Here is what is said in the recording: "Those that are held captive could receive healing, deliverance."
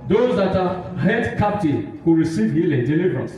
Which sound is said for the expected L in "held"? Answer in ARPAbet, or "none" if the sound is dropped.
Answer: none